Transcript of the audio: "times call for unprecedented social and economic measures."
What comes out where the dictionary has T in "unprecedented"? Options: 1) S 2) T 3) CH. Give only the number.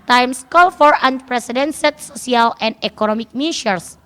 1